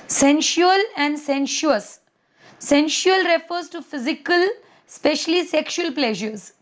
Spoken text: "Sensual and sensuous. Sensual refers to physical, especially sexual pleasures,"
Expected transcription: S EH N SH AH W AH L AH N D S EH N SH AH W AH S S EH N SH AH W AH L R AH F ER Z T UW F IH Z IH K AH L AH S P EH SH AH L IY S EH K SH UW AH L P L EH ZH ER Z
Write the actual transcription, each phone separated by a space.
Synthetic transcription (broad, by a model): S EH N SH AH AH L AH N D S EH N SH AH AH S S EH N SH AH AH L R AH F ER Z T UW F IH Z IH K AH L S P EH SH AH L IY S EH K SH UW AH L P L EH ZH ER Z